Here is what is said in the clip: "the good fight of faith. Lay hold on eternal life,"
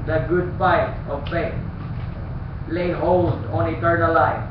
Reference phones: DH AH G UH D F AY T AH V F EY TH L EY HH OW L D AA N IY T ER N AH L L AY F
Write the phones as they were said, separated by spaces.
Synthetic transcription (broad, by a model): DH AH G UH D P AY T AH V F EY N L EY HH OW L D AA N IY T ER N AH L L AY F